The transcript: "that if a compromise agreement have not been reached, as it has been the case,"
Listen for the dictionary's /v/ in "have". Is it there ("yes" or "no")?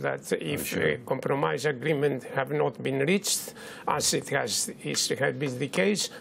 yes